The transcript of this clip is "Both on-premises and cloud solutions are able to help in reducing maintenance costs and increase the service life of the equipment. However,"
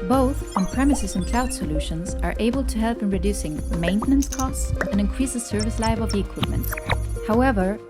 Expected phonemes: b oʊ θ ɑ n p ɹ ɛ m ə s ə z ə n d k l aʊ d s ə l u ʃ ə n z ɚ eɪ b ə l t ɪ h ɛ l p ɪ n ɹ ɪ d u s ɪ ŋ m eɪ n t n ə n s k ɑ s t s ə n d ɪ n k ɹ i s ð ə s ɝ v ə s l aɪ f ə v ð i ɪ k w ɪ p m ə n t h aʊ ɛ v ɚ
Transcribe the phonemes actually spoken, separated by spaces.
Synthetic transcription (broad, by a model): b oʊ θ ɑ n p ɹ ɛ m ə s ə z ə n k l aʊ d s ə l u ʃ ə n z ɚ eɪ b ə l t ɪ h ɛ l p ɪ n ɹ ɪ d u s ɪ ŋ m eɪ n t n ə n s k ɑ s t s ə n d ɪ n k ɹ i s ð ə s ɝ v ə s l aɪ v ə v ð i ɪ k w ɪ p m ə n t h aʊ ɛ v ɚ